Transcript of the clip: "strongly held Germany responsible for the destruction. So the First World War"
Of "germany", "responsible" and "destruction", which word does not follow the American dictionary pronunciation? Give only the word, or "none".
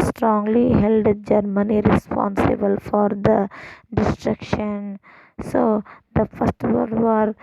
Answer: none